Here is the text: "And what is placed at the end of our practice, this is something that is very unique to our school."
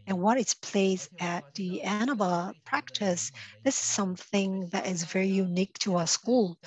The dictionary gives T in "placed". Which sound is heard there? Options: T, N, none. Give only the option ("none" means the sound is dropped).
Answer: none